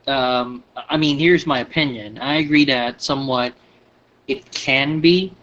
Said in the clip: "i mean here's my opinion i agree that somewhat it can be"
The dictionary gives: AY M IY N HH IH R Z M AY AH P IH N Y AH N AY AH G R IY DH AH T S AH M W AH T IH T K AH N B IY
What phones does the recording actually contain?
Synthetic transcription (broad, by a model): AY M IY N HH IH R Z M AY AH P IH N Y AH N AY AH G R IY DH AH T S AH M W AH T IH T K AH N B IY